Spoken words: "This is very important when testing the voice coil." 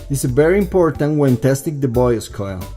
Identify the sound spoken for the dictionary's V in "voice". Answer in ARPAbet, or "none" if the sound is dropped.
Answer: B